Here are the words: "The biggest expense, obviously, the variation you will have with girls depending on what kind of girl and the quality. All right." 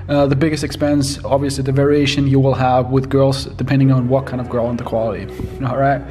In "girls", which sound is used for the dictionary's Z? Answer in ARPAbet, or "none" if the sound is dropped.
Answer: Z